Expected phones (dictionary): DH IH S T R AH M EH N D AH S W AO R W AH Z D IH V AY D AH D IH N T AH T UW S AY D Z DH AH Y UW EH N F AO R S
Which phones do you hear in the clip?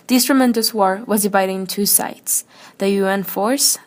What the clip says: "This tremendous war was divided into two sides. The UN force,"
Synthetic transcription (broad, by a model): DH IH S T R AH M EH N D AH S W AO R W AH Z D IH V AY D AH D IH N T T UW S AY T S DH AH Y UW EH N F AO R S